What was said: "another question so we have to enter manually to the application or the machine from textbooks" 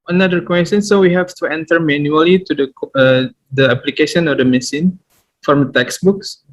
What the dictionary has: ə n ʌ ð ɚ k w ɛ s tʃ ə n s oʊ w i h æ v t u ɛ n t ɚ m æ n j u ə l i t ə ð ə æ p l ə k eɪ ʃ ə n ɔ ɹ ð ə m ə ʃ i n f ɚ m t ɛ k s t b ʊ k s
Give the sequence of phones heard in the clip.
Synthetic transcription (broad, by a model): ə n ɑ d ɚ k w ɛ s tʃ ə n s oʊ w i h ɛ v t u ɛ n t ɚ m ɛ n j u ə l i t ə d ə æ p l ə k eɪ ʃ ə n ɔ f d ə m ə s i n f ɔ m t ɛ k s b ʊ k s